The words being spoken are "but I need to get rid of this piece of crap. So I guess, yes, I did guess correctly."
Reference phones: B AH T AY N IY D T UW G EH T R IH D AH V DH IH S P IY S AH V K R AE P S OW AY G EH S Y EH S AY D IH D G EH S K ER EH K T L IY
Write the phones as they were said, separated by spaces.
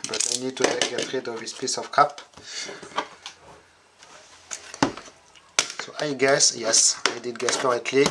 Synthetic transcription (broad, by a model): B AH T AY N IY D T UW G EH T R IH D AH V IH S P IY S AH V K AA P S OW AY G EH S Y EH S AY D IH D G EH S K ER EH K T L IY